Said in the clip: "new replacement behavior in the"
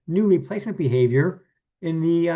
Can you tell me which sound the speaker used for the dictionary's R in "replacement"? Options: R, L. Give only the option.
L